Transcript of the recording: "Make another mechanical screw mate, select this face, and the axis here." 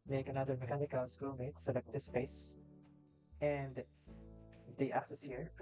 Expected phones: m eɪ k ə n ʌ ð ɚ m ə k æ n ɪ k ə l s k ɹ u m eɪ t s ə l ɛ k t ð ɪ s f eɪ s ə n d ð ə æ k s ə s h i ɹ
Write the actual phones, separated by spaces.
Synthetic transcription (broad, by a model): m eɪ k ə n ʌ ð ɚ m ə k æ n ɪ k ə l s k u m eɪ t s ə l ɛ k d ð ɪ s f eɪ s ə n d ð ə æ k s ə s h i ɹ